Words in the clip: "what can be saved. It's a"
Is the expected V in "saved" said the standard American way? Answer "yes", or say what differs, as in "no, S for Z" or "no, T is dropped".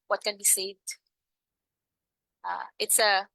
no, V is dropped